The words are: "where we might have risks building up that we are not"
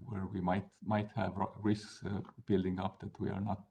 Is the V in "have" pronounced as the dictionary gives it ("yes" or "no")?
yes